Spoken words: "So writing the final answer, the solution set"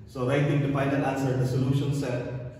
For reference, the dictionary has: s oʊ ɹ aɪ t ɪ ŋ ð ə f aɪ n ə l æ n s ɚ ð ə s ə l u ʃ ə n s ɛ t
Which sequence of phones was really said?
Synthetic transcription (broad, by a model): s oʊ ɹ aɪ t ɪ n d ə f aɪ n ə n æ n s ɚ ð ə s ə l u ʃ ə n s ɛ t